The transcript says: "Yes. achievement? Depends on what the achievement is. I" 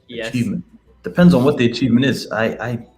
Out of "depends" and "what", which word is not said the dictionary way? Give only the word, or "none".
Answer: none